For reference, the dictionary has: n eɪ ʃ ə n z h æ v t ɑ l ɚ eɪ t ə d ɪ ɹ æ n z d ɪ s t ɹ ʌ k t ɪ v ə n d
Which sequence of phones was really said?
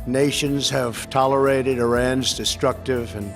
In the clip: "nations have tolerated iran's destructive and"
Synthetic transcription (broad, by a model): n eɪ ʃ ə n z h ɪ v t ɑ l ɚ eɪ t ə d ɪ ɹ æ n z d ɪ s t ɹ ʌ k t ɪ v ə n